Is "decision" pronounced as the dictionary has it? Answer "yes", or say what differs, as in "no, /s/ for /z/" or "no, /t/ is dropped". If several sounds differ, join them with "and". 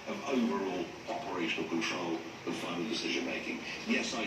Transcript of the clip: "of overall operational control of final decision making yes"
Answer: yes